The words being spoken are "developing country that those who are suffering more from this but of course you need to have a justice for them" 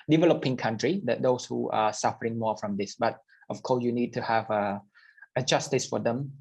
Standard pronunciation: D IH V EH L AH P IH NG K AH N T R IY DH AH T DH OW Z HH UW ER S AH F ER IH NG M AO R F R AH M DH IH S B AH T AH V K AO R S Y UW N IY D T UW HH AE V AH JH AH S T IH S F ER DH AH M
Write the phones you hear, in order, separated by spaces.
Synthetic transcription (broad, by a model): D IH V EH L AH P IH NG K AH N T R IY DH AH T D OW S HH UW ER S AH F ER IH NG M AO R F R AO M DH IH S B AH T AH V K AO S Y UW N IY D T UW HH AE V AH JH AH S T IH S F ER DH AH M